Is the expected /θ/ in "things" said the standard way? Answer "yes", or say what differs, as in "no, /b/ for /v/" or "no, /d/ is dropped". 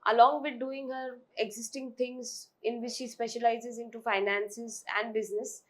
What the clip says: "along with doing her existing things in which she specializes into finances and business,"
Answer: no, /t/ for /θ/